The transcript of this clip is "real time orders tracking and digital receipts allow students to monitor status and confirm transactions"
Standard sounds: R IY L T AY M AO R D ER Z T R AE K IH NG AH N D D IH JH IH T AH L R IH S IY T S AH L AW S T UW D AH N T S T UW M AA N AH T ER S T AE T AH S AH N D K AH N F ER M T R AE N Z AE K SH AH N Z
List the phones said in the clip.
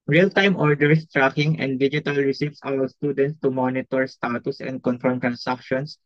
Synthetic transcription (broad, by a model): R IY L T AY M AO R D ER S T R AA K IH NG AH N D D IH JH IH T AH L R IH S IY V S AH W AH S T UW D AH N T S T UW M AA N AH T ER S T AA T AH S AH N D K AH N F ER M T R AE N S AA K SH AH N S